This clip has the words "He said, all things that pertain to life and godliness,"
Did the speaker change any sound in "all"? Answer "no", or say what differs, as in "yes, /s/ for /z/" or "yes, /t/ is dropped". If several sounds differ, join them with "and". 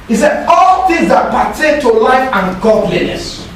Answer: no